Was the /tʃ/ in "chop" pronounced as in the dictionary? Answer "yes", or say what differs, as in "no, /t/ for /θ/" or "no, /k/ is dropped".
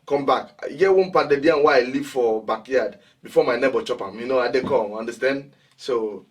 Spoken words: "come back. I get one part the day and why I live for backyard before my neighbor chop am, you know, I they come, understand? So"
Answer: yes